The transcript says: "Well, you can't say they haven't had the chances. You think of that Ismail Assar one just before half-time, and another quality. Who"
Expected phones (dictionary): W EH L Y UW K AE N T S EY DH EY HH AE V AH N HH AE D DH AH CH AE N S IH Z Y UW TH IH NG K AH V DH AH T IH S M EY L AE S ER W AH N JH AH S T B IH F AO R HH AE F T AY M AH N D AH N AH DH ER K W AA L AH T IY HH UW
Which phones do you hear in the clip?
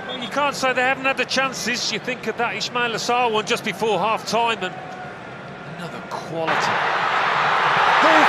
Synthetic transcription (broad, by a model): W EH Y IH K AE N T S EY DH EY HH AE V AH N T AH DH AH CH AE N S IH Z Y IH TH IH NG K AH V DH AH T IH SH M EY L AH S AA W AH N JH AH S B IH F AO R HH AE F T AY M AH N AH N AH DH ER K W AA L AH T IY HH